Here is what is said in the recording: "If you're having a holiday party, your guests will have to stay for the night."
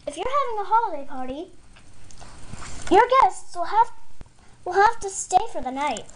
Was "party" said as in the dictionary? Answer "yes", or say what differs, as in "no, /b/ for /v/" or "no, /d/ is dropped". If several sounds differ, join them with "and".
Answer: yes